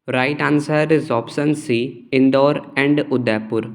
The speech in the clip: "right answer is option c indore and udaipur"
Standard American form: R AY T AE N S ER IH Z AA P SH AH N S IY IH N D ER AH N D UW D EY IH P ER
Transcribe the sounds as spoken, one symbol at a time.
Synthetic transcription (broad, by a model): R AY T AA N S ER IH Z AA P S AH N S IY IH N D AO AH N D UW D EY P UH